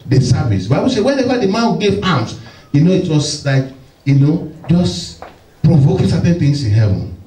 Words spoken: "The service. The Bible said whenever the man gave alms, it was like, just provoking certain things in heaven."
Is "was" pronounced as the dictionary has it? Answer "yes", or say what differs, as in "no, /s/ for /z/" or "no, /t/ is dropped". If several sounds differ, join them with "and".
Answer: no, /s/ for /z/